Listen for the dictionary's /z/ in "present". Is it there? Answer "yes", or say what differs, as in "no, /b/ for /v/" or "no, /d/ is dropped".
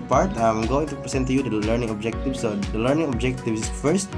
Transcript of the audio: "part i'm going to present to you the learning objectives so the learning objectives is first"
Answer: no, /s/ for /z/